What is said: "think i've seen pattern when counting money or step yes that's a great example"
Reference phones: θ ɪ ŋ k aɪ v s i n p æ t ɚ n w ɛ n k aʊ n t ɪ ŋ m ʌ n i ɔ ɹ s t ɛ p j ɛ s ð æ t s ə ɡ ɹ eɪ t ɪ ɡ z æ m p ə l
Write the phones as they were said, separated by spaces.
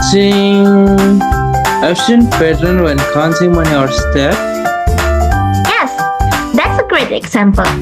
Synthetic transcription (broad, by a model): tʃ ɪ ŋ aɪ f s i n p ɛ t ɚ n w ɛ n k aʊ n s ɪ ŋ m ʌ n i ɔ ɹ s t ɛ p j ɛ s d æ t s ə ɡ ɹ eɪ t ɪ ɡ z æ m p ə l